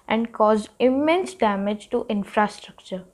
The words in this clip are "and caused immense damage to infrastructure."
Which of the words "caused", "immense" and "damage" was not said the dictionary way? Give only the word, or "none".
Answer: caused